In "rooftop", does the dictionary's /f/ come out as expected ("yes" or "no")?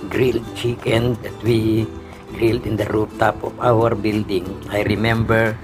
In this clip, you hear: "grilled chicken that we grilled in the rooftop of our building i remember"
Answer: no